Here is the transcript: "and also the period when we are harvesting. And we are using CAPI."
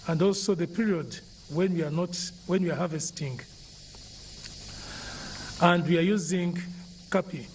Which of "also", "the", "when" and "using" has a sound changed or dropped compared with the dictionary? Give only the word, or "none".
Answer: none